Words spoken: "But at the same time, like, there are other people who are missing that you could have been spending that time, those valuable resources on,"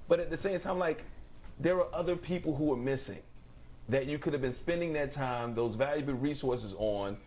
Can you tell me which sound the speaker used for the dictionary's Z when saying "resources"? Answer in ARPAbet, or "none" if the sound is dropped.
Z